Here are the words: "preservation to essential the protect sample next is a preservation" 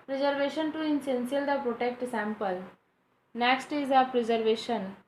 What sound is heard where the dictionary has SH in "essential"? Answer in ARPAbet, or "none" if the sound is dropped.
S